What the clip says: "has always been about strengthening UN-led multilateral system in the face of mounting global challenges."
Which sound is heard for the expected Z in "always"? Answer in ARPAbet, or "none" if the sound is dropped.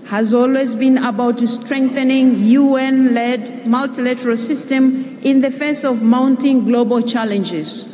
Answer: Z